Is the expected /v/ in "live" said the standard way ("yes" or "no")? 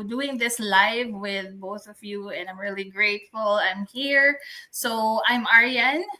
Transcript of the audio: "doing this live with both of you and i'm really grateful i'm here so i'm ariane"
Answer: yes